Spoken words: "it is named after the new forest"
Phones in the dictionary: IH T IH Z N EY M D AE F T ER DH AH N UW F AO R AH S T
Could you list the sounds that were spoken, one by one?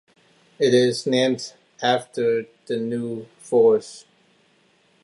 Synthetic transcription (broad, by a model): IH T IH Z N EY M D AE F T ER DH AH N UW F AO R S